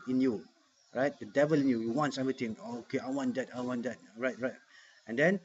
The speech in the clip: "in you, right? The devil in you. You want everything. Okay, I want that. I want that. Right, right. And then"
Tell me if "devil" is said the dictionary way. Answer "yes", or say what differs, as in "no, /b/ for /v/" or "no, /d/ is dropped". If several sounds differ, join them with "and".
yes